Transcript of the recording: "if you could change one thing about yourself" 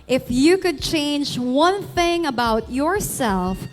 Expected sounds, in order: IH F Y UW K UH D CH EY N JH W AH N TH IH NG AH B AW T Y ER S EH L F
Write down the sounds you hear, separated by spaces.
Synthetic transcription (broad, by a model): IH F Y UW K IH D CH EY N JH W AH N TH IH NG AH B AW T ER S EH L F